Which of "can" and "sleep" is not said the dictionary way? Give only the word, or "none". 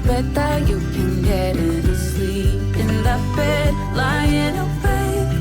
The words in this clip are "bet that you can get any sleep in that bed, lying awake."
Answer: sleep